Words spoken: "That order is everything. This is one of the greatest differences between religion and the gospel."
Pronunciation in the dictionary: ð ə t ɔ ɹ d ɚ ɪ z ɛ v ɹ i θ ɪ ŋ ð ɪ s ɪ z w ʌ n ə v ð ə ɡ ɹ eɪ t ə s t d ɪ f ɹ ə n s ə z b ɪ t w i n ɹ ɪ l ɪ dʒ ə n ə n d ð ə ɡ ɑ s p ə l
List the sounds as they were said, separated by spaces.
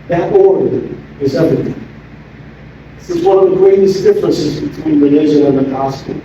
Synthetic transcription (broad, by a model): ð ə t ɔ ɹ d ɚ ɪ z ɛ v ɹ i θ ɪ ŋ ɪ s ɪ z w ʌ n ə v ð ə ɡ ɹ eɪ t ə s d ɪ f ɹ ə n s ə z b ɪ t w i n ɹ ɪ n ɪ ʒ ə ə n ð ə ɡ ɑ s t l